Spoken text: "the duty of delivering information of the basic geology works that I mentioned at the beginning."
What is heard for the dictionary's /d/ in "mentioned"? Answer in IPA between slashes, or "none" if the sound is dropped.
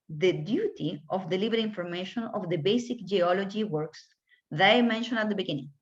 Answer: none